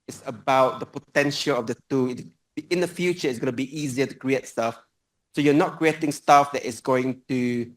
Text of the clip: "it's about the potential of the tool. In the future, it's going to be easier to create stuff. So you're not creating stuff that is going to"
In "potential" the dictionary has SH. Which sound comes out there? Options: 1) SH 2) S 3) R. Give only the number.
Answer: 1